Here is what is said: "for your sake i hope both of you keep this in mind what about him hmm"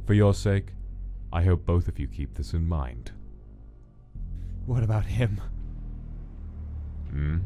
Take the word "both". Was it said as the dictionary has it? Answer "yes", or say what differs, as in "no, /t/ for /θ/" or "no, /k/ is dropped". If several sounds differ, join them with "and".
yes